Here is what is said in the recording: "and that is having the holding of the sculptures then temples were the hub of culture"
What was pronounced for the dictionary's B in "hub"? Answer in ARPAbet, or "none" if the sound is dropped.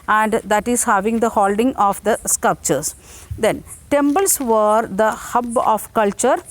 B